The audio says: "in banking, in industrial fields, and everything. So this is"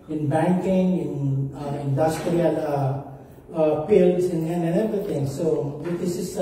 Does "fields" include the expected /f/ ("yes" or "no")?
no